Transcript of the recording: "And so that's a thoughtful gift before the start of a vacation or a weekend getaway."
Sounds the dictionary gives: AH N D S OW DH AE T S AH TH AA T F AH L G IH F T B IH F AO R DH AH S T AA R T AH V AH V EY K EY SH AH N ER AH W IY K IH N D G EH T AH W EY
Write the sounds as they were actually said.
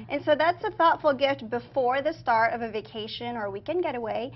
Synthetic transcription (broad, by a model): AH N S OW DH AE T S AH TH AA T F L G IH F T B IH F AO R DH AH S T AA R T AH V AH V EY K EY SH AH N ER W IY K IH N G EH T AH W EY